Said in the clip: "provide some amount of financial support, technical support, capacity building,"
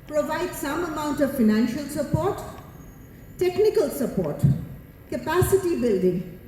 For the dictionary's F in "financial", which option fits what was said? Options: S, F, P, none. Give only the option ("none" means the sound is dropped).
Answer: F